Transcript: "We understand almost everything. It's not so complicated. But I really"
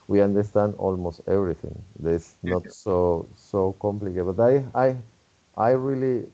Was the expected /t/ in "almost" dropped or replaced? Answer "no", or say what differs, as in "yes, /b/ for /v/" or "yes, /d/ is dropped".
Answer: no